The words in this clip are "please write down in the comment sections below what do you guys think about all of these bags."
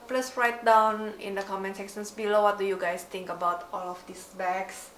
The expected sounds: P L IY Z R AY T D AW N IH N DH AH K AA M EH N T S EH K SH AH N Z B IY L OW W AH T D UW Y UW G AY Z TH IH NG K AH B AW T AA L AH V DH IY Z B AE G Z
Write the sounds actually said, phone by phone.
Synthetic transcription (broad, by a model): P L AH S R AY T D AW N IH N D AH K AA M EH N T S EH SH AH N S B IY L OW W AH T D UW Y UW G AY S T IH NG K AH B AW T AA L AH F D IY S B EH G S